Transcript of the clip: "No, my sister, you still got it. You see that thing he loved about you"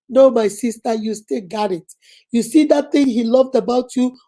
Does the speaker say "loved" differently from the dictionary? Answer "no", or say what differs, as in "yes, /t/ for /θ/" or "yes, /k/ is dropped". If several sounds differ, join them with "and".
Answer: no